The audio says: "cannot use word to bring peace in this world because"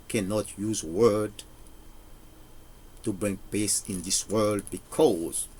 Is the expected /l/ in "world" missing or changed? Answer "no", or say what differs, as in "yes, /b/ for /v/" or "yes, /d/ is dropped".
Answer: no